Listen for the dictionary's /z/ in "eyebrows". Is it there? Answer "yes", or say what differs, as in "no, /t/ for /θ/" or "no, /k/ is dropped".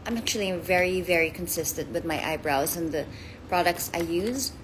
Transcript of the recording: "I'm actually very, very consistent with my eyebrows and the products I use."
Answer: yes